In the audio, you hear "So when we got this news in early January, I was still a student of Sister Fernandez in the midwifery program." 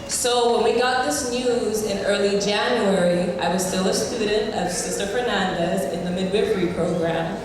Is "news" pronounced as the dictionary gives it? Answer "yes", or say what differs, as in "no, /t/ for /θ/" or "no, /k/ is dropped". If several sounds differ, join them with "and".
yes